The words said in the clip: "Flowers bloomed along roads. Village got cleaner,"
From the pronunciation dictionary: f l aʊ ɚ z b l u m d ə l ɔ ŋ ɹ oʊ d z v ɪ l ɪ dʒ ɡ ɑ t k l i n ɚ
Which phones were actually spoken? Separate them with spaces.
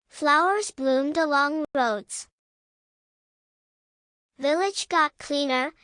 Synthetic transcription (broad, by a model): f l aʊ ɚ z b l u m d ə l ɔ ŋ ɹ oʊ d z v ɪ l ɪ dʒ ɡ ɑ t k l i n ɚ